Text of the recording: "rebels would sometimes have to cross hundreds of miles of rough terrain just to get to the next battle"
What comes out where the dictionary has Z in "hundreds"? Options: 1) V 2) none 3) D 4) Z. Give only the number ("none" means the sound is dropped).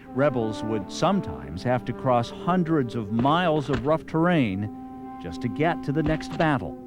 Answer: 4